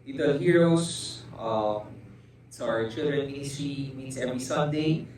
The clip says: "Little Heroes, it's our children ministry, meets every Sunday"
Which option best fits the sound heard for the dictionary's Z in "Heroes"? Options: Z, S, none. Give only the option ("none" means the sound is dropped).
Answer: S